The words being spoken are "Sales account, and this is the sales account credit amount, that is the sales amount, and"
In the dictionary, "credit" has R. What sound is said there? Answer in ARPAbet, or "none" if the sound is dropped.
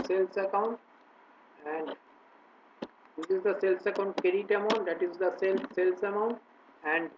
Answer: none